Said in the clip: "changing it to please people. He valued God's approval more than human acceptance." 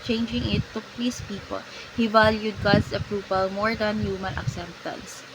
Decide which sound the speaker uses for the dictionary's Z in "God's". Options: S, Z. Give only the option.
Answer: S